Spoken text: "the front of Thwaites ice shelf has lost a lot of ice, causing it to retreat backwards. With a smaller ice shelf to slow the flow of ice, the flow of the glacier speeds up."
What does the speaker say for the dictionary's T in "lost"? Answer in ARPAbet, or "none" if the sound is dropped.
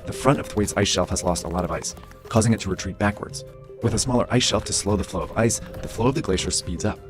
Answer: T